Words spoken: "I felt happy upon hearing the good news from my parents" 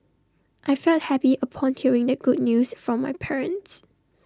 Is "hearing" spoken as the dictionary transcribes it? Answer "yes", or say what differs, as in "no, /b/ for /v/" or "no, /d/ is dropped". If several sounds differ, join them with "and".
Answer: yes